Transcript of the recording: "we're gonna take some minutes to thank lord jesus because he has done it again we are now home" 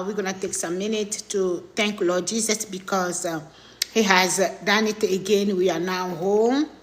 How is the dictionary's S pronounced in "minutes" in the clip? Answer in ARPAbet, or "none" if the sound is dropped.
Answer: none